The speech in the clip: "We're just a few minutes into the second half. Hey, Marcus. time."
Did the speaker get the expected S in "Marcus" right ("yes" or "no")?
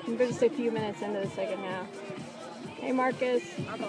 yes